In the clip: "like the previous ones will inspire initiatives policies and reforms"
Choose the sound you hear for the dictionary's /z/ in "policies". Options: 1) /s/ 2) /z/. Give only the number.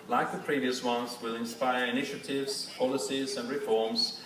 2